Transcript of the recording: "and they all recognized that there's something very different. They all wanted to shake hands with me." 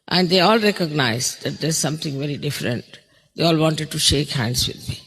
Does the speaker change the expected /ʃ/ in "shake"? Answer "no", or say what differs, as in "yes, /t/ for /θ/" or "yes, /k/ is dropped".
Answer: no